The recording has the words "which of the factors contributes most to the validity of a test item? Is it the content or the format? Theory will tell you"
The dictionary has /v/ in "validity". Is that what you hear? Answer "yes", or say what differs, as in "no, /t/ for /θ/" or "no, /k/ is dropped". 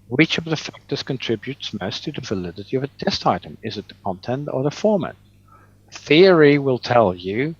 yes